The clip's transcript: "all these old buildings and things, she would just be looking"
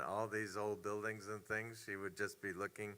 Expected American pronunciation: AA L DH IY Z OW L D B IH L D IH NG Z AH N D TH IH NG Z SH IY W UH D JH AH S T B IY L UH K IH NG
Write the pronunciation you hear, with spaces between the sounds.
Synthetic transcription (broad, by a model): AA L DH IY Z OW L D B IH L D IH NG Z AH N TH IH NG Z SH IY W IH D JH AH S B IY L UH K IH NG